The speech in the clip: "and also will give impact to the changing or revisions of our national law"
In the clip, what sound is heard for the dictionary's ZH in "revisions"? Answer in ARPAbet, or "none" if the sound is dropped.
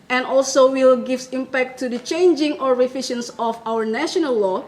SH